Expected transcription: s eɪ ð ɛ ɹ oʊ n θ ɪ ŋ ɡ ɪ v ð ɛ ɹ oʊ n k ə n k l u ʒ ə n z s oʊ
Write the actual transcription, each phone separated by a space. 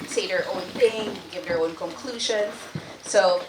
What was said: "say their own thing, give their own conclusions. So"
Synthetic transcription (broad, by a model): s eɪ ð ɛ ɹ oʊ n θ ɪ ŋ ɡ ɪ v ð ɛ ɹ oʊ n k ə n k l u ʒ ə n z s oʊ